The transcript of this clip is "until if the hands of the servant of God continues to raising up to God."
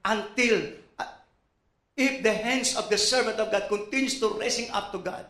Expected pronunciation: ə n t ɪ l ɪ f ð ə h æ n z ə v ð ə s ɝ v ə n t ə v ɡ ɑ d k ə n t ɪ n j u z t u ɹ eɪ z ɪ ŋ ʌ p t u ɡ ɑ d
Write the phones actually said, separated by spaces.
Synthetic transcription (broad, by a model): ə n t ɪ l ɪ f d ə h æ n s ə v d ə s ɝ v ə n t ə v ɡ ɑ d k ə n t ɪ n j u s t u ɹ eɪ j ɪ ŋ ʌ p t u ɡ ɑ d